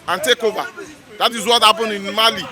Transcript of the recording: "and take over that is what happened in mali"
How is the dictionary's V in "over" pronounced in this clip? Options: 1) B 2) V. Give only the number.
1